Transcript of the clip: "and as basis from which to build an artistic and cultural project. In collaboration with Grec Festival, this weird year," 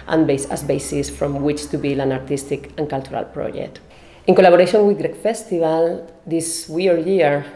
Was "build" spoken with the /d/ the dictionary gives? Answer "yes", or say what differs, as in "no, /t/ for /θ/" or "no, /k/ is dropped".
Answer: no, /d/ is dropped